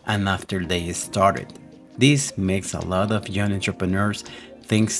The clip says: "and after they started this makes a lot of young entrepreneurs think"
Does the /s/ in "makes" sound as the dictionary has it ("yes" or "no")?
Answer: yes